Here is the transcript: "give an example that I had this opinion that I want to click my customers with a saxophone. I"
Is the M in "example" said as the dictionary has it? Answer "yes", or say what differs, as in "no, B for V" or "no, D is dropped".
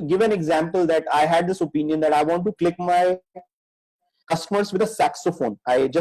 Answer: yes